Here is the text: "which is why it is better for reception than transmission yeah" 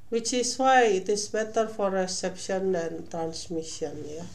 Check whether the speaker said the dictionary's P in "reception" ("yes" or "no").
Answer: yes